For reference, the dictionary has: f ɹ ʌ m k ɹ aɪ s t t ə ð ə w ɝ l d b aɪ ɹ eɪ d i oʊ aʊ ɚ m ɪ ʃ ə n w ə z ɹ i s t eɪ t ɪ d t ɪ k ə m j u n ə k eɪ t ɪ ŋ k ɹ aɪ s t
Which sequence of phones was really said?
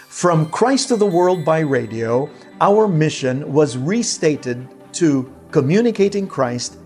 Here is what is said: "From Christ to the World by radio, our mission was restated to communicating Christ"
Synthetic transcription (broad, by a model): f ɹ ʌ m k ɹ aɪ s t t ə ð ə w ɝ l d b aɪ ɹ eɪ d i oʊ aʊ ɚ m ɪ ʃ ə n w ə z ɹ i s t eɪ t ɪ d t ɪ k ə m j u n ə k eɪ t ɪ ŋ k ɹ aɪ s t